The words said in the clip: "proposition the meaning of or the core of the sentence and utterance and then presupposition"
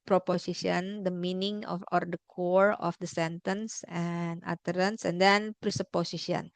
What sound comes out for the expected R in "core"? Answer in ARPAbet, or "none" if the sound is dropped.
R